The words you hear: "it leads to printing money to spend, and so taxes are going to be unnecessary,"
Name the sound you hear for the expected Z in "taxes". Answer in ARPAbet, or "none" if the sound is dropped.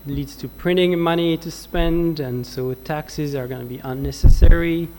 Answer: Z